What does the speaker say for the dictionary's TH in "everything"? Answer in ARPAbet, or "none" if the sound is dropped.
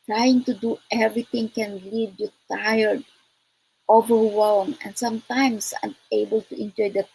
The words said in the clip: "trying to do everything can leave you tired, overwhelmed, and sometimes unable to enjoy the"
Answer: T